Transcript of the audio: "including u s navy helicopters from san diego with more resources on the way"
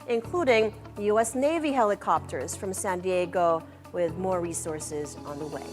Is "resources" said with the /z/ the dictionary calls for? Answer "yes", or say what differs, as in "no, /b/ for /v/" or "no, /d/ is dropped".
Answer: yes